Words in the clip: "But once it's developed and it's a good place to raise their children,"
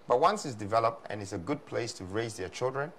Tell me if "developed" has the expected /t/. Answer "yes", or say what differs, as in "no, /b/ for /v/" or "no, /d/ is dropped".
yes